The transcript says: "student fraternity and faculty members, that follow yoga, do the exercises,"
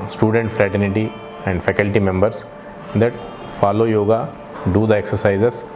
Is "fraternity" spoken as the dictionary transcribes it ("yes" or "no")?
yes